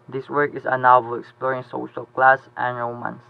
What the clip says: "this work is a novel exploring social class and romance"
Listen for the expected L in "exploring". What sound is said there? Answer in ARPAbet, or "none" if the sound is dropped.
none